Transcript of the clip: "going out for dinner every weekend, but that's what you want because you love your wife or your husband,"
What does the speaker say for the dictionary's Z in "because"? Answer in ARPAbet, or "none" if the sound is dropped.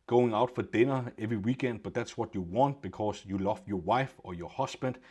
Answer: S